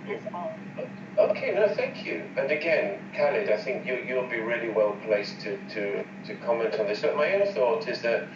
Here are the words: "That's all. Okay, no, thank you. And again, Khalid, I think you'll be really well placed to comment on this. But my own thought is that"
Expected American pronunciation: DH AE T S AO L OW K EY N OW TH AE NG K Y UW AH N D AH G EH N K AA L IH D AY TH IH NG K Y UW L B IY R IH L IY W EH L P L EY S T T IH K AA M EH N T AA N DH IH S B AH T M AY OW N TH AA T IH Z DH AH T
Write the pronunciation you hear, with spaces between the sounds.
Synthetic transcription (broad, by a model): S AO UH K EY N OW TH AE NG K Y UW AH N AH G EH N K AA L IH D AY TH IH NG K Y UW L B IY R IH L IY W EH L P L EY S T T IH K AA M EH N T N DH IH S B AH T M AY OW N TH AA T IH Z DH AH T